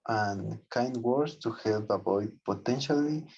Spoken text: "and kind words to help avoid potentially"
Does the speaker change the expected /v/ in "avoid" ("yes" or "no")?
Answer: yes